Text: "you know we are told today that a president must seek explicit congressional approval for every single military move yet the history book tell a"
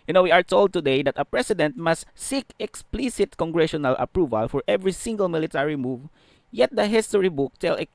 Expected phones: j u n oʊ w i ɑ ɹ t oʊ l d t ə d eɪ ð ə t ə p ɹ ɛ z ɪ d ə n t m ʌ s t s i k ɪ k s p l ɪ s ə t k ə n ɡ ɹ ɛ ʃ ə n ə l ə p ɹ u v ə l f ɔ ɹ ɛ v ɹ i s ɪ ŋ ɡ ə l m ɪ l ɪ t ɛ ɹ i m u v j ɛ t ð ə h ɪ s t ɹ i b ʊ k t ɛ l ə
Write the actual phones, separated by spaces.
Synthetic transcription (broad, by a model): j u n oʊ w i ɑ ɹ t oʊ l d t ə d eɪ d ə t ə p ɹ ɛ s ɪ d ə n t m ʌ s t s i k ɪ k s p l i s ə t k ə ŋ ɡ ɹ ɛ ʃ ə n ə l ə p ɹ u v ə l f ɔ ɹ ɛ v ɹ i s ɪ ŋ ɡ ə l m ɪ l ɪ t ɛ ɹ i m u v j ɛ t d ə h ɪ s t ɹ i b ʊ k t ɛ l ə